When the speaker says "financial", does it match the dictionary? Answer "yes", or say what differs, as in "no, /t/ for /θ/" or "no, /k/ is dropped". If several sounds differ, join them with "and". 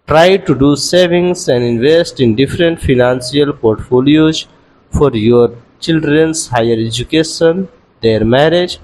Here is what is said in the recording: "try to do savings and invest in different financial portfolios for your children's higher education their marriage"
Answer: no, /s/ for /ʃ/